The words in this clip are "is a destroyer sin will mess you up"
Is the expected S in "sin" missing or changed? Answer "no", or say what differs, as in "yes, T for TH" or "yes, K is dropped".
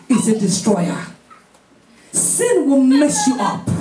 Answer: no